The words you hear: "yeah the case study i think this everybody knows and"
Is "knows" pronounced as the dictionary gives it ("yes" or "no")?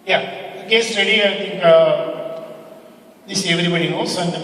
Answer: no